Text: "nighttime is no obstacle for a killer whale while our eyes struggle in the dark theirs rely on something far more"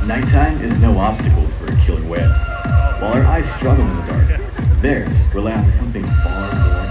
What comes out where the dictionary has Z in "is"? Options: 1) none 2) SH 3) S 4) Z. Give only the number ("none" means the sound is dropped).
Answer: 4